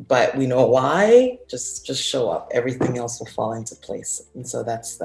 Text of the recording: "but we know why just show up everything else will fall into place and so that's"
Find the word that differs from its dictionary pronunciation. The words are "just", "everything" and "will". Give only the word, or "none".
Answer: none